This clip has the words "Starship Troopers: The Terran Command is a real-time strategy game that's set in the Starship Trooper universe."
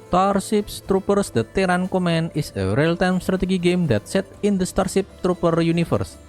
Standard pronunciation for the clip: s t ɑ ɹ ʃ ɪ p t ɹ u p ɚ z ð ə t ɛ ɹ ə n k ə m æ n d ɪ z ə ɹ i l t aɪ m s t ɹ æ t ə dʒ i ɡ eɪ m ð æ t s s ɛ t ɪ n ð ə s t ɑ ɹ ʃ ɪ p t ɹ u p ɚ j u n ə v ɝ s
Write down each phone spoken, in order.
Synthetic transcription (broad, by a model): t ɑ ɹ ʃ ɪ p t ɹ u p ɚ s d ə t ɛ ɹ ə n k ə m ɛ n ɪ s ə ɹ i l t aɪ m s t ɹ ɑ t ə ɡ i ɡ eɪ m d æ t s s ɛ t ɪ n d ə s t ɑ ɹ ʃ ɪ p t ɹ u p ɚ j u n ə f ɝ s